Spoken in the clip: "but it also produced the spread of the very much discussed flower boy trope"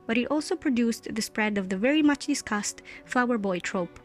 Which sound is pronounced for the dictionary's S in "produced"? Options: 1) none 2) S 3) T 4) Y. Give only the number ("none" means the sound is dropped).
2